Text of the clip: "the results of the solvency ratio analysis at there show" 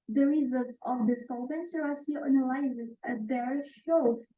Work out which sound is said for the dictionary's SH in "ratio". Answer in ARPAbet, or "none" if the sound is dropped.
S